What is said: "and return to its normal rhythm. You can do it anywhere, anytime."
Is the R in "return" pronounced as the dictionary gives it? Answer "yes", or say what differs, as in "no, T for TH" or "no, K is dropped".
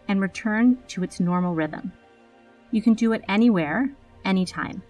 yes